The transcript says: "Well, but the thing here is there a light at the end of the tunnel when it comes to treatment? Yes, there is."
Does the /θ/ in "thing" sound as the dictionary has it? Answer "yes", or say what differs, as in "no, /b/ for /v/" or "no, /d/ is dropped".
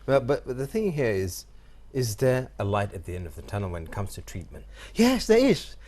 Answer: yes